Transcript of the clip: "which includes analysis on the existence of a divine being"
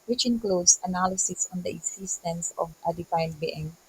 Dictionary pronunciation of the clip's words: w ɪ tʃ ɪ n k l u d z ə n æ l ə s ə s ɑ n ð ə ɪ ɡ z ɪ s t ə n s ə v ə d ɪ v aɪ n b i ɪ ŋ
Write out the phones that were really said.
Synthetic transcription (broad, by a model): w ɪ tʃ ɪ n k l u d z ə n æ l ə s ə s ɑ n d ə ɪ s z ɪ s t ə n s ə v ə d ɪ f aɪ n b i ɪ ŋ